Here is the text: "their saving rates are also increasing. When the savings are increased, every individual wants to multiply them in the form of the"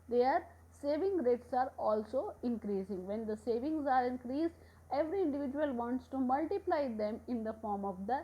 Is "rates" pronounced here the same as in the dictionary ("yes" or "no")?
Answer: yes